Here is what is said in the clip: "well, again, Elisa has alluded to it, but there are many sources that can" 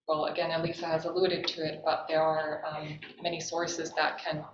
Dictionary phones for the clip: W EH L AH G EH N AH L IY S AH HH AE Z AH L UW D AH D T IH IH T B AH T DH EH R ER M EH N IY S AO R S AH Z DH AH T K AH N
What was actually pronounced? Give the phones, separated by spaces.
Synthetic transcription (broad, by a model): W EH L AH G EH N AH L IY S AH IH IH Z AH L UW D AH D T IH IH T B AH T DH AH R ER M EH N IY S AO R S AH Z DH AH T K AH N